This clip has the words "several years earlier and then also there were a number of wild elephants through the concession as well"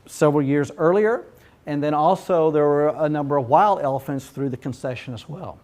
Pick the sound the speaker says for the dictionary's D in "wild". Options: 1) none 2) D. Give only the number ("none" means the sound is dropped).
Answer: 2